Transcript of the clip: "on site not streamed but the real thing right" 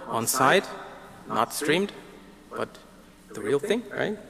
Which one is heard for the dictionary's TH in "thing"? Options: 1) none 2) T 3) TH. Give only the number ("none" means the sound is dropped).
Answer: 3